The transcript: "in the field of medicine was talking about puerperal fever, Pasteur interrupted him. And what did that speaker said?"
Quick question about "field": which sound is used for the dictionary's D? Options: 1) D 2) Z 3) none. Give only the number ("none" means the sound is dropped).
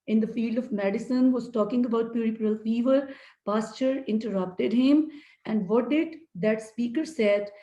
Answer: 1